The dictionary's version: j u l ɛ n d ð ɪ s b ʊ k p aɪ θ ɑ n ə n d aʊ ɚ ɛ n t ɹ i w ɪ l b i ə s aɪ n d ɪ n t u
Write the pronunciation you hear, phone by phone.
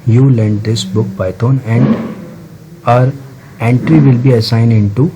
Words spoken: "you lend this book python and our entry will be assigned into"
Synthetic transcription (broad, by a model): j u l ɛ n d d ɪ s b ʊ k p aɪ t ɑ n ə n d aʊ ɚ ɛ n t ɹ i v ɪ l b i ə s aɪ n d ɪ n t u